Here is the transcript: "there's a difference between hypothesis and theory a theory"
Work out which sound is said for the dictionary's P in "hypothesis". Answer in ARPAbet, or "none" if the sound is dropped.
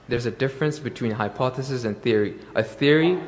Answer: P